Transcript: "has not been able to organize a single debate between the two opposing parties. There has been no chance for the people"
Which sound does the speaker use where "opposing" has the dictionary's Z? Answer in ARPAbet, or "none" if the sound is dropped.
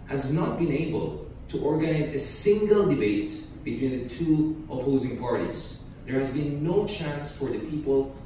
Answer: Z